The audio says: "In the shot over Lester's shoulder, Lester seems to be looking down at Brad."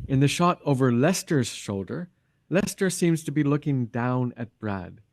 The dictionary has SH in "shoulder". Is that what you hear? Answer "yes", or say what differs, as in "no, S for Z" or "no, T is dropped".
yes